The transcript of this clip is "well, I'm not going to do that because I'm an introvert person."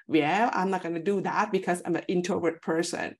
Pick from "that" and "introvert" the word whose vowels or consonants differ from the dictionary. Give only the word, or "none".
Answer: introvert